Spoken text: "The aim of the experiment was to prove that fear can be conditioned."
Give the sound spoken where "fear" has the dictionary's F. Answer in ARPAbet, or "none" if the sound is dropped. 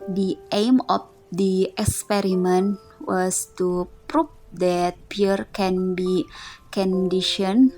P